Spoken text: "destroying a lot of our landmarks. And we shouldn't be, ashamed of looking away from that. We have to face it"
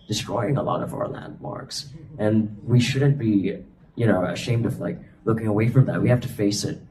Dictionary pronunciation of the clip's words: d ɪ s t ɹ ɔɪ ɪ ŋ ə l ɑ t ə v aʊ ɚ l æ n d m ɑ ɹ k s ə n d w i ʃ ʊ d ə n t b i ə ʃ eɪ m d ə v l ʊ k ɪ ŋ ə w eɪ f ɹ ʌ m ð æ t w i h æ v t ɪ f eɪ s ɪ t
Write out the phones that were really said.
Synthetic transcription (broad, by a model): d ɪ s t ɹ ɔɪ ɪ ŋ ə l ɑ t ə v aʊ ɚ l æ n d m ɑ ɹ k s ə n w i ʃ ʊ d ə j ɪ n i ə ʃ eɪ m d ə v l ʊ k ɪ ŋ ə w eɪ f ɹ ʌ m ð æ t w i h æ f t ɪ f eɪ s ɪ t